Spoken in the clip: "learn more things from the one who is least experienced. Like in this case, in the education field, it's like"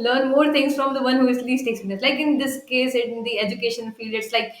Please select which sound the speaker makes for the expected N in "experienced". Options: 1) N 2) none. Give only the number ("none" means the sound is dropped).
2